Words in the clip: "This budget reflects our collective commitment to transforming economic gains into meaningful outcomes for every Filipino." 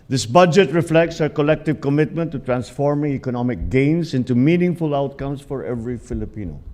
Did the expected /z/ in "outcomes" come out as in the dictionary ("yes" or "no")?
no